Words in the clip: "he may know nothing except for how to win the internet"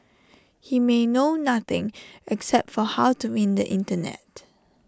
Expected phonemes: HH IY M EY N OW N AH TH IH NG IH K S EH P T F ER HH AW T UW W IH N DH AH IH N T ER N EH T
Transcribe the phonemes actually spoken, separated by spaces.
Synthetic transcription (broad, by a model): HH IY M EY N OW N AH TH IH NG IH K S EH P T F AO HH AW T UW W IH N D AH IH N T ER N EH T